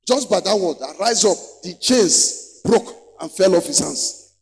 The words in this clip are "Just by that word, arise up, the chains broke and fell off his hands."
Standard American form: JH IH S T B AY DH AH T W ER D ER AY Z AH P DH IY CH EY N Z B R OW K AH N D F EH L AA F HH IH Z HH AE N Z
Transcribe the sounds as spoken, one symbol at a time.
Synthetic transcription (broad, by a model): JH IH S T B AY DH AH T W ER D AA AY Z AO P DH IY CH EY N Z B R OW K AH N F EH L AA F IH S HH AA N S